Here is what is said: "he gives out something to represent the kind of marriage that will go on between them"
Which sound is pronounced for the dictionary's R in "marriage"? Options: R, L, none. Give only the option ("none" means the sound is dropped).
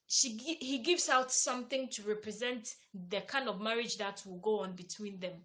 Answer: R